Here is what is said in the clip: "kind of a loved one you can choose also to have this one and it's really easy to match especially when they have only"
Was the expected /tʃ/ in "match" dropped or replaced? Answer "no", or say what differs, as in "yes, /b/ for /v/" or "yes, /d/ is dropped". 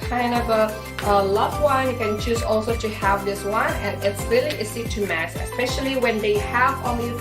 yes, /s/ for /tʃ/